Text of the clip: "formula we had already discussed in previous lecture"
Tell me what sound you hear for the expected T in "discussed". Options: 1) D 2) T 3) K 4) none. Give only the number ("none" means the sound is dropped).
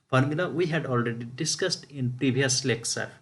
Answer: 2